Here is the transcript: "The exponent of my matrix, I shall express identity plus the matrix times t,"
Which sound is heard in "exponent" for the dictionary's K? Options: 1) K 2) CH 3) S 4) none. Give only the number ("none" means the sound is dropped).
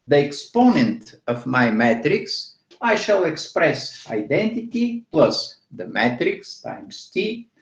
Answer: 1